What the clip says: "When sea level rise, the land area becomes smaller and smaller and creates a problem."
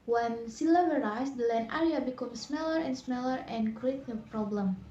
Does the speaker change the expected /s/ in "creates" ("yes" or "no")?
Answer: yes